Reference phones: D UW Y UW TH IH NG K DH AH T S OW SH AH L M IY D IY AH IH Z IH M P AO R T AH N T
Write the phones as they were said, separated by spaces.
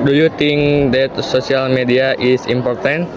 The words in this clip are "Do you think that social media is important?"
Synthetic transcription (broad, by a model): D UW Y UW T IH NG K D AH T S OW S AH L M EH D IY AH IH S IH M P AO R T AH N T